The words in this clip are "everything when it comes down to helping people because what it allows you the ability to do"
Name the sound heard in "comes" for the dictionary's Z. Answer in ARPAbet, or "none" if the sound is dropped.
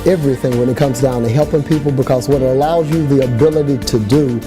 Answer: Z